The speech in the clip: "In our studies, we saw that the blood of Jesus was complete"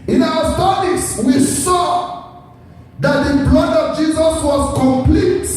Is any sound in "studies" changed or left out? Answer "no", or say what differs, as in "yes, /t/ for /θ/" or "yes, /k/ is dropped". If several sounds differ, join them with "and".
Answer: yes, /s/ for /z/